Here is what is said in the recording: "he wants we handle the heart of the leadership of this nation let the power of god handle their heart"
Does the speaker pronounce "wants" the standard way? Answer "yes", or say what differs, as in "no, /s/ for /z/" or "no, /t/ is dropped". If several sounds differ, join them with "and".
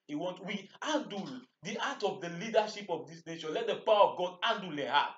no, /s/ is dropped